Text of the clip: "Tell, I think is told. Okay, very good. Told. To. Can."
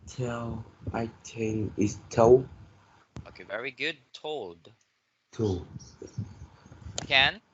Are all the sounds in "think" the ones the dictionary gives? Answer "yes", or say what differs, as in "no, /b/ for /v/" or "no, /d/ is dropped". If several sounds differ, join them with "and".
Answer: no, /t/ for /θ/